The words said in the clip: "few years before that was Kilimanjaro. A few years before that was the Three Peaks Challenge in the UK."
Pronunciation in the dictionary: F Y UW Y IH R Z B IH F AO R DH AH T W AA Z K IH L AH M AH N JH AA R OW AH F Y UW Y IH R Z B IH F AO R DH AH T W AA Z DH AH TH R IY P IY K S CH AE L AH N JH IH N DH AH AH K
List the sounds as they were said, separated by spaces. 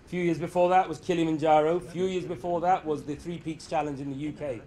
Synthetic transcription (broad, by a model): F Y UW Y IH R Z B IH F AO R DH AH T W AA Z K IH L AH M AH N JH AA R OW AH F Y UW Y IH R Z B IH F AO R DH AH T W AA Z DH AH TH R IY P IY K S CH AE L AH N JH IH N DH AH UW K